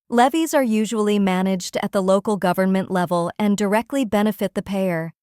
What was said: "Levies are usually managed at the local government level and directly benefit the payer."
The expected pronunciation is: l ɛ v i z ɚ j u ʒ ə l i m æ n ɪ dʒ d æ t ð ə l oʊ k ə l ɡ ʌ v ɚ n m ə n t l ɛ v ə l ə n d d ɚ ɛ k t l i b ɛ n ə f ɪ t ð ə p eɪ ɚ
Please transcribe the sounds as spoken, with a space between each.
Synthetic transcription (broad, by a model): l ɛ v i z ɚ j u ʒ ə l i m æ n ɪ dʒ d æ t ð ə l oʊ k l ɡ ʌ v ɚ n m ə n t l ɛ v ə l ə n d d ɚ ɛ k t l i b ɛ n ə f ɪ t ð ə p eɪ ɚ